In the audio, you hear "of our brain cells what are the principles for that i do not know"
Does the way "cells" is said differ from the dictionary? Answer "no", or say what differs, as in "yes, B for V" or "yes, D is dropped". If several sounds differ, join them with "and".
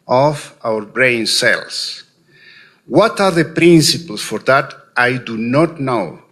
yes, S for Z